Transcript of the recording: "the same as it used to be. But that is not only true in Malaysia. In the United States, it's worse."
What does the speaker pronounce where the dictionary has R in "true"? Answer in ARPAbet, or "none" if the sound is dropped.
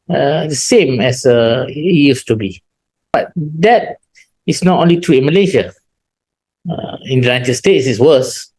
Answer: none